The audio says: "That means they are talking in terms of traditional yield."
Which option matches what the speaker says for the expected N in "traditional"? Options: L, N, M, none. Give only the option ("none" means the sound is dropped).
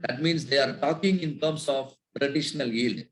N